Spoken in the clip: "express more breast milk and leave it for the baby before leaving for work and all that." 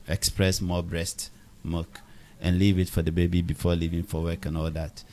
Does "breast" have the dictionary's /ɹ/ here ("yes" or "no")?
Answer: yes